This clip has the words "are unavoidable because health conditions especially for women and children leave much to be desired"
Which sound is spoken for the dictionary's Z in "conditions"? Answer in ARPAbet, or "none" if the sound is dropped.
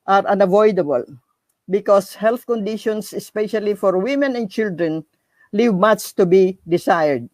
S